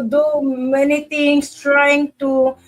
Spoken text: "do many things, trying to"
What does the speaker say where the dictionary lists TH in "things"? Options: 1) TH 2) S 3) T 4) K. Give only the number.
3